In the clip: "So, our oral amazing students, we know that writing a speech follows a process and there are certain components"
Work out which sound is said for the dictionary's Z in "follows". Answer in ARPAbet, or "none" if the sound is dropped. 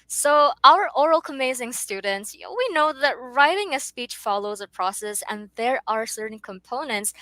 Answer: Z